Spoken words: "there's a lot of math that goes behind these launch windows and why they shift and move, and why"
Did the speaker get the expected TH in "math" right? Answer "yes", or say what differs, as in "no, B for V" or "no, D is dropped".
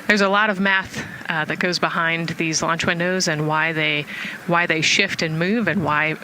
yes